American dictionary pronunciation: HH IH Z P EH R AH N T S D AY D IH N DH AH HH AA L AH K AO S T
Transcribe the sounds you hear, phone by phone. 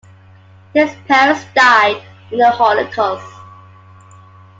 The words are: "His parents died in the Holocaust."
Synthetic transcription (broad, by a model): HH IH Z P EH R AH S D AY D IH N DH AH HH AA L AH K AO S